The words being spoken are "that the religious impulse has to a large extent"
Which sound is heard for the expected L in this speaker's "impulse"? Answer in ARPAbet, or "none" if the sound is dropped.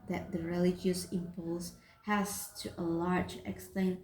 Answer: L